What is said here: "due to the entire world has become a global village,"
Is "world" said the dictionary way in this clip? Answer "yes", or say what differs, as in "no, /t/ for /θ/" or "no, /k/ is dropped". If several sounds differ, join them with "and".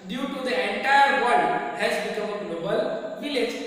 no, /l/ is dropped